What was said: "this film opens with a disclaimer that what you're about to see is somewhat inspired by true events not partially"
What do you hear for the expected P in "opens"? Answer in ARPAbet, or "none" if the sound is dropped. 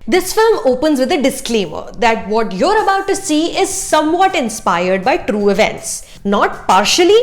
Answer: P